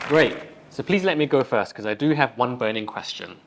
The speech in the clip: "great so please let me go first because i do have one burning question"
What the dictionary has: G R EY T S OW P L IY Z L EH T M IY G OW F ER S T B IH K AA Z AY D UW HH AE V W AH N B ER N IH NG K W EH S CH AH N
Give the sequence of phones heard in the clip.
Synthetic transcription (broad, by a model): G R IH T S OW P L IY Z L EH T M IY G OW F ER S T K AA Z AY D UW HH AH V W AH N B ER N IH NG K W EH S CH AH N